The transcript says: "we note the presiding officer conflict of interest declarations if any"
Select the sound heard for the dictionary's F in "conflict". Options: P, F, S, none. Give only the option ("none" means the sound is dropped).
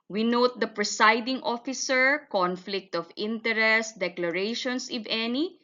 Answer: F